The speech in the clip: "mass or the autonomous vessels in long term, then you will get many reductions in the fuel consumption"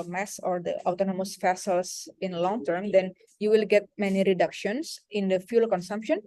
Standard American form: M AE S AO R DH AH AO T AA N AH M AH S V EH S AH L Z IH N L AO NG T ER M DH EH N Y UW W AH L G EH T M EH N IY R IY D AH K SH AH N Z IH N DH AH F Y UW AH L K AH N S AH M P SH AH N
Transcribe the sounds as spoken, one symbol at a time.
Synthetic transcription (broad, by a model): M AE S AO R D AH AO T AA N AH M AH S F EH S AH L S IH N L AO NG T ER M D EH N Y UW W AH L G EH T M EH N IY R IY D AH K SH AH N S IH N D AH F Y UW L K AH N S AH M P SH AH N